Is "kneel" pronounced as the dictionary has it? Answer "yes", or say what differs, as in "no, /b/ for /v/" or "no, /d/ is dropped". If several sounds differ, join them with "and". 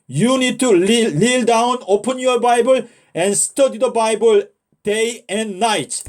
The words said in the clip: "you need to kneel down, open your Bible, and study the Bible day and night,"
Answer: no, /l/ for /n/